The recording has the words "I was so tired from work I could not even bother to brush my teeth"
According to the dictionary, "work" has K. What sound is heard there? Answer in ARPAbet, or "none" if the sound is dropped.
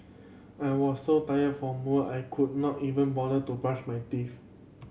none